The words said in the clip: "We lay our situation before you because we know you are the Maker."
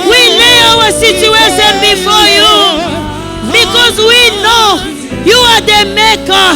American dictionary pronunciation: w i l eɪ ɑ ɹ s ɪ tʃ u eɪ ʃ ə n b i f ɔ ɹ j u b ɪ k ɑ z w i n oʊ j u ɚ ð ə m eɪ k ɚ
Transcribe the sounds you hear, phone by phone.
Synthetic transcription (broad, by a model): w i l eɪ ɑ w s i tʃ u eɪ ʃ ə n b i f ɔ j u b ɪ k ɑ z w i n oʊ j u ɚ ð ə m eɪ k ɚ